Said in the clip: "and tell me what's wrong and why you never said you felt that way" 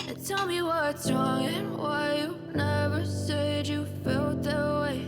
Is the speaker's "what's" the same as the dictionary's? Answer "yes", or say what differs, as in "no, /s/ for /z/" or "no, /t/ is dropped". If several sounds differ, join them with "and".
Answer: no, /s/ is dropped